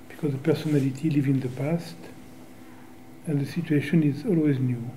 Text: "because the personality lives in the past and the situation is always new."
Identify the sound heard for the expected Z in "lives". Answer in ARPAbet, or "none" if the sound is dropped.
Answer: none